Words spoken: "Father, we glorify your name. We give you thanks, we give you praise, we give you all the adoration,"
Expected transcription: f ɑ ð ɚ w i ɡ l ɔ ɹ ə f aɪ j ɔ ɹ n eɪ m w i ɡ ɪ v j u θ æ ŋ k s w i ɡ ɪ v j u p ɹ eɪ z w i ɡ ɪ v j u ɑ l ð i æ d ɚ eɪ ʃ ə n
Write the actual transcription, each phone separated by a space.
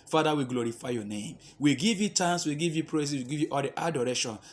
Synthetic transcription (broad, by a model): f ɑ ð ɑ w i ɡ l ɔ ɹ ə f aɪ j ɔ n eɪ m w i ɡ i v j u t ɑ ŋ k s w i ɡ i v j u p ɹ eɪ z w i ɡ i v j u ɑ l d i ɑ d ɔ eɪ ʃ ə n